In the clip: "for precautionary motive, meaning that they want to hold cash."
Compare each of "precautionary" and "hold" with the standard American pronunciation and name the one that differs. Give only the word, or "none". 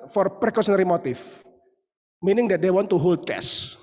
precautionary